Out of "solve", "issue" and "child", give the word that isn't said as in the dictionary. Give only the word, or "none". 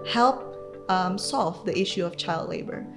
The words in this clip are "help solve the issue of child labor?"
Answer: none